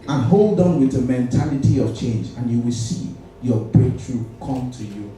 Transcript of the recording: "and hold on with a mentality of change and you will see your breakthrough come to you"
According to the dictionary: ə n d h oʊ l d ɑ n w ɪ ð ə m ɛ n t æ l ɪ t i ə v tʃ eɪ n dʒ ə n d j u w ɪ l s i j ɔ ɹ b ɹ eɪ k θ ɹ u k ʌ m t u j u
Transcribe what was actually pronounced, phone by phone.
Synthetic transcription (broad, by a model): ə n h oʊ l d ɑ n w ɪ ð ə m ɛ n t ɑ l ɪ t i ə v tʃ eɪ n dʒ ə n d j u w ɪ l s i j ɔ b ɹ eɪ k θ ɹ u k ʌ m t u j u